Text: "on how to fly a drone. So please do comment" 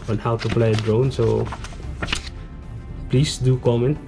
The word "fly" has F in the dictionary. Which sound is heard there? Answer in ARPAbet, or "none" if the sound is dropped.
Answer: P